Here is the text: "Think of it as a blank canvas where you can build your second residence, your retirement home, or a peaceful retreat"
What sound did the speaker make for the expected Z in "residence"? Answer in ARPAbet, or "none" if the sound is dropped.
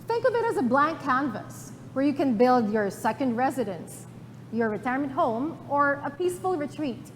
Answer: Z